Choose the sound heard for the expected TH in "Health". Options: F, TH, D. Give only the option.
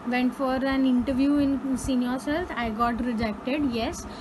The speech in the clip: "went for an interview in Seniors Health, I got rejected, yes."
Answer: F